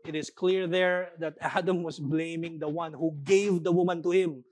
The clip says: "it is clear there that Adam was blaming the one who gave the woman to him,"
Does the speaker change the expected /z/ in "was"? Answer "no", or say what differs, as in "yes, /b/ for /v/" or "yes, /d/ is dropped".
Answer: yes, /s/ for /z/